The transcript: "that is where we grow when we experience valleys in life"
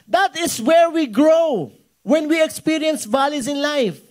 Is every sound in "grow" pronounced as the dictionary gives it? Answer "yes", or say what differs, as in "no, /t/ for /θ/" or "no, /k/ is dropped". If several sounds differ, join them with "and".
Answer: yes